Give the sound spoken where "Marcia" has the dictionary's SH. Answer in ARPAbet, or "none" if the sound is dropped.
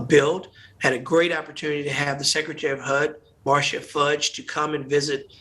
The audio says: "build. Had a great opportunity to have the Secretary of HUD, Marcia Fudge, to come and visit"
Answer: SH